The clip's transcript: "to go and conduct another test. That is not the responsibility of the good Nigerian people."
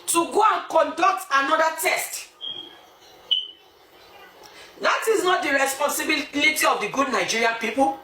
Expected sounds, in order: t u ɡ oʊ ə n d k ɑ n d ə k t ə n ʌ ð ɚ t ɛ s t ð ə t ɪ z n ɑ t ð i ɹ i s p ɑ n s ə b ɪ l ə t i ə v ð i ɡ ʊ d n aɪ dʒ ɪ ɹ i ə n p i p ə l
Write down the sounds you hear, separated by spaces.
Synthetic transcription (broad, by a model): t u ɡ oʊ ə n k ɑ n d ə k t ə n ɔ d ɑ t ɛ s t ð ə t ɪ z n ɑ t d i ɹ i s p ɑ n s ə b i l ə t i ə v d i ɡ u d n aɪ dʒ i ɹ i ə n p i p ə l